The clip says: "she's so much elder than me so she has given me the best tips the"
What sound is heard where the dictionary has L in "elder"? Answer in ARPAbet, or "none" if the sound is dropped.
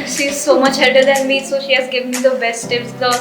none